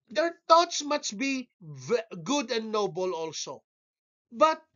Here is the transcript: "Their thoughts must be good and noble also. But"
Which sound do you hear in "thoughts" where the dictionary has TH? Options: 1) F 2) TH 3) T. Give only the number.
3